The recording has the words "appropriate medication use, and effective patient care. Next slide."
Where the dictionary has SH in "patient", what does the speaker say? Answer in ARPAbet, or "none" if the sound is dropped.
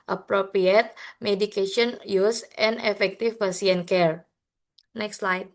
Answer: none